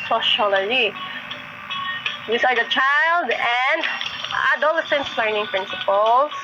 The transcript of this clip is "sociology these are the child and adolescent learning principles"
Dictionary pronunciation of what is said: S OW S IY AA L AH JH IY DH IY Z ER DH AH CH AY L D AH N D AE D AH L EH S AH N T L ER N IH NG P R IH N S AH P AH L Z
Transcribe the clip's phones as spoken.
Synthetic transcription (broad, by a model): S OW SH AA L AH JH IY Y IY S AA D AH CH AY L D AH N D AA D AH L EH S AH N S L ER N IH NG P R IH N S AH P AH L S